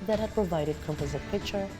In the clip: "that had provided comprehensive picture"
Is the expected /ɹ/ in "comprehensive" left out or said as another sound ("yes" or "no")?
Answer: yes